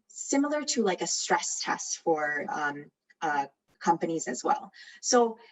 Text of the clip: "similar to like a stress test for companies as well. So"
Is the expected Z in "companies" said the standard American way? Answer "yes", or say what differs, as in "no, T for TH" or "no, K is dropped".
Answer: yes